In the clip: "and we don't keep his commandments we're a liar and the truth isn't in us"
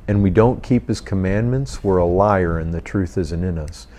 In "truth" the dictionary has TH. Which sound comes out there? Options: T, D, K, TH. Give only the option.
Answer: TH